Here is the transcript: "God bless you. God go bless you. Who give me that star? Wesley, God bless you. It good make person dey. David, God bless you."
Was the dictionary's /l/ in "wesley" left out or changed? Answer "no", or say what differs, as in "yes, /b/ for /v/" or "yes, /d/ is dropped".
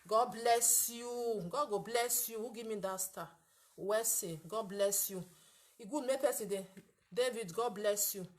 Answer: yes, /l/ is dropped